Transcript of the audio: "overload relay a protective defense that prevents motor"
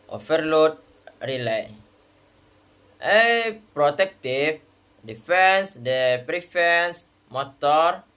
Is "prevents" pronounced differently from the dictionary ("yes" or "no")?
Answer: yes